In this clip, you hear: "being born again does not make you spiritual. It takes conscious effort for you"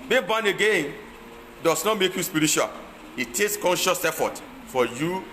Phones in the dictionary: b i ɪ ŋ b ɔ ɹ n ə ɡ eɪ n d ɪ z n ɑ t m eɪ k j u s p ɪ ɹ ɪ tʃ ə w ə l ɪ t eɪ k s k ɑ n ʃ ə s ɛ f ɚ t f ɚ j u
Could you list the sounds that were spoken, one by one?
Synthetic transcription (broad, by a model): b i b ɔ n ə ɡ eɪ n d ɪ s n ɑ t m eɪ k j u s p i ɹ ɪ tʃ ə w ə l ɪ t eɪ k s k ɑ n ʃ ə s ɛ f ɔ t f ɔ j u